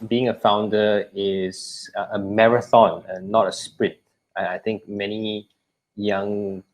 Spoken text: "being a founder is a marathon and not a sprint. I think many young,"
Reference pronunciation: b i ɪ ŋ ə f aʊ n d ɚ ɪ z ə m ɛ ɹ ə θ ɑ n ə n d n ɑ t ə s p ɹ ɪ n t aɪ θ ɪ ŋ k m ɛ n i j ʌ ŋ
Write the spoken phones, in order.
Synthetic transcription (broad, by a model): b i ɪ ŋ ə f aʊ n d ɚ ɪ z ə m ɛ ɹ ə θ ɑ n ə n n ɑ t ə s p ɹ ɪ t aɪ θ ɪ ŋ k m ɛ n i j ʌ ŋ